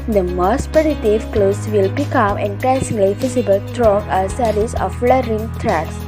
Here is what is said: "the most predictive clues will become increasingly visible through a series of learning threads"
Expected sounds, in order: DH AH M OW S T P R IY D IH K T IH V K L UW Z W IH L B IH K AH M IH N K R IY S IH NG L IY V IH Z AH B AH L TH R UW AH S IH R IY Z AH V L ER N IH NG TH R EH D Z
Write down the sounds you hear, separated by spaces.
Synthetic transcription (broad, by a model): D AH M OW S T P R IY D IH T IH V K L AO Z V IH L B IH K AH M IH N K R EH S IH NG L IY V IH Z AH B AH L T R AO AH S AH R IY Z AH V L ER IH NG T R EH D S